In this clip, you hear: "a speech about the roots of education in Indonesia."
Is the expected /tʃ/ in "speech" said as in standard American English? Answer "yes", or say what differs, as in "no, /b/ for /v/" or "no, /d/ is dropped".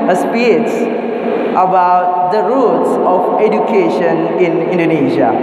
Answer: no, /s/ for /tʃ/